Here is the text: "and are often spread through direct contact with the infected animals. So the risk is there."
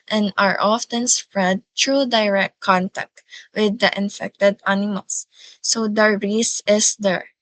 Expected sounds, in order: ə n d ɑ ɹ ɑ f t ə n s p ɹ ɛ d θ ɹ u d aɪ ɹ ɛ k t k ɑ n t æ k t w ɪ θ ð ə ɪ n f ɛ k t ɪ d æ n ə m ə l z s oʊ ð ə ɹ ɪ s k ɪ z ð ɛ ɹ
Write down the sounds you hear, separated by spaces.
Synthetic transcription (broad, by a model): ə n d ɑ ɹ ɑ f t ə n s p ɹ ɛ d t ɹ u d aɪ ɹ ɛ k t k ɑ n t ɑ k t w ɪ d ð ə ɪ n f ɛ k t ɪ d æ n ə m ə l s oʊ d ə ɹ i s ɪ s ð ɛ ɹ